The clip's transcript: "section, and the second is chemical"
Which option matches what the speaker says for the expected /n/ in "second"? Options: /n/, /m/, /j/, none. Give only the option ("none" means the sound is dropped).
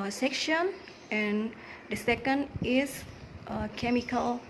/n/